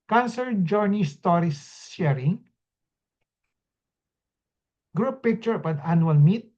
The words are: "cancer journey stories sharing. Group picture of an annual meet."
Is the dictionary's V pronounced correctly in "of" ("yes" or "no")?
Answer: no